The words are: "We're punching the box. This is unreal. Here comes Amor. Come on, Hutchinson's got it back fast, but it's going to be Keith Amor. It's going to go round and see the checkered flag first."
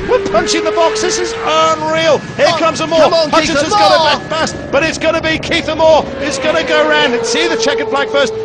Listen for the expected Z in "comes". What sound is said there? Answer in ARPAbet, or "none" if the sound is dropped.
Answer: Z